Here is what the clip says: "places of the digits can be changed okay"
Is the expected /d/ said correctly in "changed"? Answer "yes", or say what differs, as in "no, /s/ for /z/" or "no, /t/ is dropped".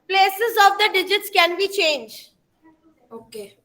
no, /d/ is dropped